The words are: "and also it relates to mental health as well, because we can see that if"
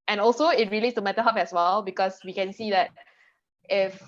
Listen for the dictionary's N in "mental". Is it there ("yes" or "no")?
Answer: no